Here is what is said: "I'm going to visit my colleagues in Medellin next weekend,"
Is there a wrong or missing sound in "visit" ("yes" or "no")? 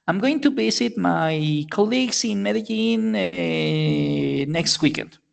yes